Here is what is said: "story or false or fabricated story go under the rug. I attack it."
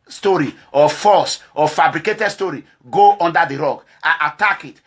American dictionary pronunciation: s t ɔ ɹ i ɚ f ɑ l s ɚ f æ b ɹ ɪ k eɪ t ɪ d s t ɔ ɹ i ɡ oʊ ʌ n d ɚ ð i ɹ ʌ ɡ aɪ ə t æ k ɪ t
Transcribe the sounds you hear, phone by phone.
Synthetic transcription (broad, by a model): s t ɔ ɹ i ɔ f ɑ s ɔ f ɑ b ɹ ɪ k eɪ t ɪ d s t ɔ ɹ i ɡ oʊ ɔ n d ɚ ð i ɹ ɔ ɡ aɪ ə t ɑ k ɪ t